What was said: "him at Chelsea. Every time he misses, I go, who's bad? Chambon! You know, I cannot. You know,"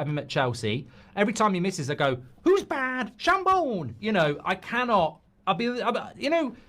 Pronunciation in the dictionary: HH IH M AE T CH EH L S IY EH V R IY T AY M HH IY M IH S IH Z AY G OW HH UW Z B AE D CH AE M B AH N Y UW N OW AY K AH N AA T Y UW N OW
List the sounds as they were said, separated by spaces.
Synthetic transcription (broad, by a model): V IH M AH T CH EH L S IY EH V R IY T AY M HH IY M IH S IH Z AY G OW HH UW Z B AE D SH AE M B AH N Y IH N OW AY K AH N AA T Y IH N OW